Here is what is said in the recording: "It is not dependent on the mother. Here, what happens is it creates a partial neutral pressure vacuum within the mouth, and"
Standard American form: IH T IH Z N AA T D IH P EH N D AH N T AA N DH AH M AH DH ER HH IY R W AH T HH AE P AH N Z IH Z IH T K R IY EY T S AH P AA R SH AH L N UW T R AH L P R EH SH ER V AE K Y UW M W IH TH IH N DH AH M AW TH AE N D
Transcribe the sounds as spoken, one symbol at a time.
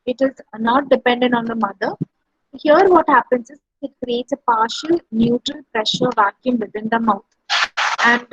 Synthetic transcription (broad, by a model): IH T IH Z N AA T D IH P EH N D AH N T AA N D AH M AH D ER HH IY R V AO T HH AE P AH N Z IH Z IH T K R IY EY T S AH P AA R SH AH L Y UW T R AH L P R EH SH ER V AE K Y UW M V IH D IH N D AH M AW T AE N D